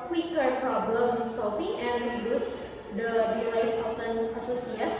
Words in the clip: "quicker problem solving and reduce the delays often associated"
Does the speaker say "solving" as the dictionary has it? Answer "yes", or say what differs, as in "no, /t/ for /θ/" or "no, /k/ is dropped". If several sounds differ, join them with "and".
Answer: no, /f/ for /v/